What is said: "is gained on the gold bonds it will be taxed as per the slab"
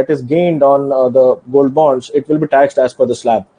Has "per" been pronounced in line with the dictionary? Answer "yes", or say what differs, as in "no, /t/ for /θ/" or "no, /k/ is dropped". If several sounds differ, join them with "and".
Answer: no, /f/ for /p/